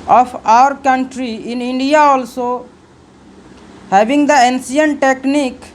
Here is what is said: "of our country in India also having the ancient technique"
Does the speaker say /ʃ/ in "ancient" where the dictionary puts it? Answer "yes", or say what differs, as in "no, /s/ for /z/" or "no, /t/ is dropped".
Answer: no, /s/ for /ʃ/